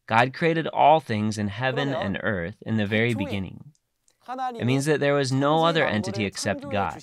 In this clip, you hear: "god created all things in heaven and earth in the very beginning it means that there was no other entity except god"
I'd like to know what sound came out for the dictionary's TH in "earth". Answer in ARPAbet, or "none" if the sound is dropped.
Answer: TH